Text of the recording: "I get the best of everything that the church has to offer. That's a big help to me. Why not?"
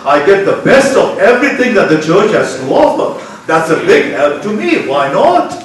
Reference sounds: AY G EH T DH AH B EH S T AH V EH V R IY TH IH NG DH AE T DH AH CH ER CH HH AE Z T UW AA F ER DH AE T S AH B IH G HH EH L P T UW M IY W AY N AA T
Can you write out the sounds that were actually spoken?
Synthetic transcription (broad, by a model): AY G EH T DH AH B EH S T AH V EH V R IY T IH NG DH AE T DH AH CH ER CH HH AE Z T UW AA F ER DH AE T S AH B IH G HH EH L P T UW M IY W AY N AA T